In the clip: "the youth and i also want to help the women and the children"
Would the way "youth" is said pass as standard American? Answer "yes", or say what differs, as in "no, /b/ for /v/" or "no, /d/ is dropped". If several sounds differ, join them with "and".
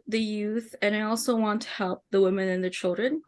yes